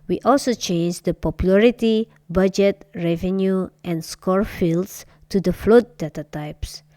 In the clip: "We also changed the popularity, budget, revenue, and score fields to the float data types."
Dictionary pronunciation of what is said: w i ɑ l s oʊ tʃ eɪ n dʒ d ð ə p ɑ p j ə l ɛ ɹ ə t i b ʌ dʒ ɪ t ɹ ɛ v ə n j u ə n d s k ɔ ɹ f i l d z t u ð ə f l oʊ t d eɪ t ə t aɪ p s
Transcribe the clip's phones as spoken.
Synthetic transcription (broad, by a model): w i ɑ l s oʊ tʃ eɪ n dʒ d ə p ɑ p j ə l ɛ ɹ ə t i b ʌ dʒ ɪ t ɹ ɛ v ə n j u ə n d s k ɔ ɹ f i l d s t u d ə f l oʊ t d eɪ t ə t aɪ p s